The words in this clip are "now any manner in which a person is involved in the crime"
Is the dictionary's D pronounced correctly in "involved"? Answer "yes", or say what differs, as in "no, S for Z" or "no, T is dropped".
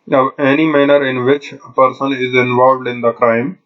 yes